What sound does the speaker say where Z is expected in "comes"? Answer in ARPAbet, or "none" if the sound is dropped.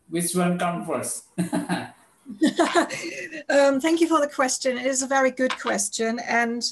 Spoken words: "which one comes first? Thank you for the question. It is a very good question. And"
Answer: none